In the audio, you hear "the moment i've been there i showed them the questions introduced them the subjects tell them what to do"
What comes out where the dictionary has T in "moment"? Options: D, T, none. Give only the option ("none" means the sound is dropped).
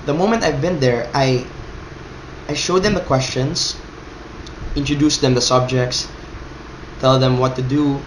T